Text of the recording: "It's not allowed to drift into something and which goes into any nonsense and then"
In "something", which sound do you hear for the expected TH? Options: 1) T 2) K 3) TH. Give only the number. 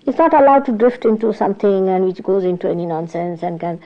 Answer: 1